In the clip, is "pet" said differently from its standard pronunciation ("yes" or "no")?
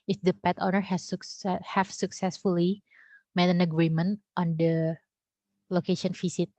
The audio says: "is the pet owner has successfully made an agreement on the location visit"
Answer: no